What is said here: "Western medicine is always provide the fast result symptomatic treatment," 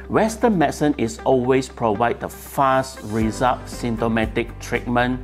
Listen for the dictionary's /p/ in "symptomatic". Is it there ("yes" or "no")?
no